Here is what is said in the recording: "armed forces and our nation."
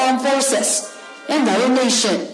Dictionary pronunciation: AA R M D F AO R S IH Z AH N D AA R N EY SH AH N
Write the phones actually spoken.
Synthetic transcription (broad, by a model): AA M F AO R S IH S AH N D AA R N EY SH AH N